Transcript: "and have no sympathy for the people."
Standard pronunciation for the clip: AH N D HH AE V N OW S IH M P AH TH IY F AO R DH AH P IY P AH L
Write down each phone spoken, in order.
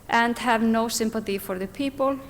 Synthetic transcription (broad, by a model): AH N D HH AE V N OW S IH M P AH TH IY F AO R DH AH P IY P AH L